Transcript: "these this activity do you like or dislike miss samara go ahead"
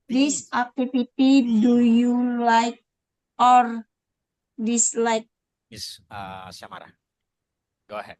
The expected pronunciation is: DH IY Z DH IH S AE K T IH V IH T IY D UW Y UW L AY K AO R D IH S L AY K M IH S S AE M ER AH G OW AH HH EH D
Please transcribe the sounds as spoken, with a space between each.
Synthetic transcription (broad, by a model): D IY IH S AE K T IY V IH T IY D UW Y UW L AY K AO R D IH S L AY K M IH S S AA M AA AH G OW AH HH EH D